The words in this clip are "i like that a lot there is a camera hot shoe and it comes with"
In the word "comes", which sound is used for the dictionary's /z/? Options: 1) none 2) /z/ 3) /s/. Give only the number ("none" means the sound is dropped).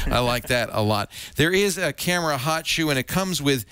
2